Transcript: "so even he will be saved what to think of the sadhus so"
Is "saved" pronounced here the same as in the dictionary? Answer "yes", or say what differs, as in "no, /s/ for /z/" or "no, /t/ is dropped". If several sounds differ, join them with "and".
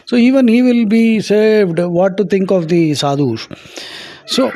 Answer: yes